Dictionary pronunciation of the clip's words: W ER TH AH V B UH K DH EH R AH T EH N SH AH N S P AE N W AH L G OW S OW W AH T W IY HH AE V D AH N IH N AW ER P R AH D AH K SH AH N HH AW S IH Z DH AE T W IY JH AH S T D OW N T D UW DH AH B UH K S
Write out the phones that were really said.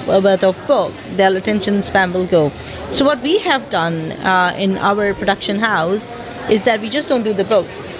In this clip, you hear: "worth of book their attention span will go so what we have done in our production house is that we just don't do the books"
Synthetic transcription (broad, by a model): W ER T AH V B UH K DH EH L AH T EH N SH AH N S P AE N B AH L G OW S OW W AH T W IY HH AE V D AH N IH N AW ER P R AH D AH K SH AH N HH AW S IH Z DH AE T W IY JH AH S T D OW N T D UW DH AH B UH K S